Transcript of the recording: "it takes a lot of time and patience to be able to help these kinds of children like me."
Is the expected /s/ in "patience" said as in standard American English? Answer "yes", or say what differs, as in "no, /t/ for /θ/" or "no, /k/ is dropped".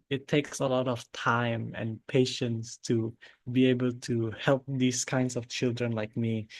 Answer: yes